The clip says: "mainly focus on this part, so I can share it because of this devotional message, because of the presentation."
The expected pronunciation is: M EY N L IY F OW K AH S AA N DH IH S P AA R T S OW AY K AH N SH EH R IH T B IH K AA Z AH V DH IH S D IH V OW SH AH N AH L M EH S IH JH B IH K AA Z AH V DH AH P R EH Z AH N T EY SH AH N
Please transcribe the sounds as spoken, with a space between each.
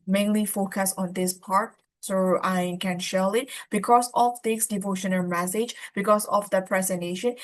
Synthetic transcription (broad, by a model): M EY N L IY F OW K AH S AA N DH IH S P AA R T S OW AY K AH N SH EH L IH T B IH K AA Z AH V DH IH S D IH V OW SH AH N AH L M EH S IH JH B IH K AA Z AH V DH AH P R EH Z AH N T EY SH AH N